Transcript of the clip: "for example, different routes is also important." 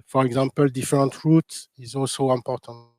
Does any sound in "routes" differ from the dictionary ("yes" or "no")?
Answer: yes